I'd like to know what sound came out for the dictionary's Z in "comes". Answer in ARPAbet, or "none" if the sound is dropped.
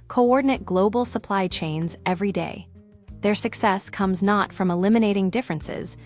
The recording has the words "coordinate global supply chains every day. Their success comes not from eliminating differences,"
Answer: Z